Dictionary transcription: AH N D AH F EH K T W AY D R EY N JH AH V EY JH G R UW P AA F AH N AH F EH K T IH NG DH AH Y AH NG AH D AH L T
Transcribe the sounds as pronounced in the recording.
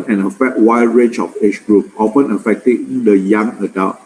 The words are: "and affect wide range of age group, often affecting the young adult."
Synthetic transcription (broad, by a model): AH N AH F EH T W AY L R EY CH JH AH F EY CH G R UW P AA F AH N AH F EH K T IH NG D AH Y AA NG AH D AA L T